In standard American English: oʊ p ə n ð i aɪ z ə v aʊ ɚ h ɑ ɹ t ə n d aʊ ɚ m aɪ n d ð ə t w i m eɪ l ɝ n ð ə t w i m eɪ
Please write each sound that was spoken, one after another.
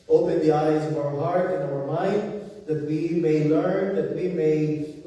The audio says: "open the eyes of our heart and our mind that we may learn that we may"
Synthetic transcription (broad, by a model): oʊ p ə n ð i aɪ z ə v aʊ ɚ h ɑ ɹ t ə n aʊ ɚ m aɪ n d ð ə t w i m eɪ l ɝ n ð ə t w i m eɪ